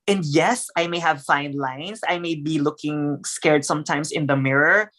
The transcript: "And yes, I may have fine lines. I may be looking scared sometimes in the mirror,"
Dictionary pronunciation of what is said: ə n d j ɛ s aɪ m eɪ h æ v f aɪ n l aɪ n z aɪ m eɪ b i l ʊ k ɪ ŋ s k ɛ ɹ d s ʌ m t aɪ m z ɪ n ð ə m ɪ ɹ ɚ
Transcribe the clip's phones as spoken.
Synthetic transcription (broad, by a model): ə n d j ɛ s aɪ m eɪ h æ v f aɪ n l aɪ n s aɪ m eɪ b i l ʊ k ɪ ŋ s k ɛ ɹ d s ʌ m t aɪ m s ɪ n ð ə m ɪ ɹ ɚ